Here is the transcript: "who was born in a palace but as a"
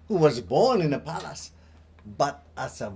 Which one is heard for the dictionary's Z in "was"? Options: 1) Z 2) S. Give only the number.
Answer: 1